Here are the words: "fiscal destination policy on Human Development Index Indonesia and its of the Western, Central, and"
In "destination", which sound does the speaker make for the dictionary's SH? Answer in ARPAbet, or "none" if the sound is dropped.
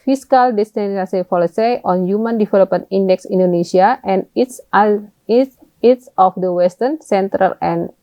S